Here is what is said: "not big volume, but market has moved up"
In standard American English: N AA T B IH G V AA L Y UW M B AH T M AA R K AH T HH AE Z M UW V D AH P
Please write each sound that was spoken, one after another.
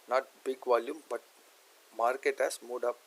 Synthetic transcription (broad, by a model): N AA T B IH G V AA L Y UW M B AH T M AA R K AH T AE S M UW D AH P